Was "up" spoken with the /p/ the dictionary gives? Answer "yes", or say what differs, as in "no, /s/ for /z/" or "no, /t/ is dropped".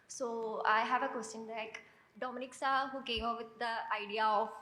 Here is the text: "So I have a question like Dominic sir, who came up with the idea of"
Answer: no, /f/ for /p/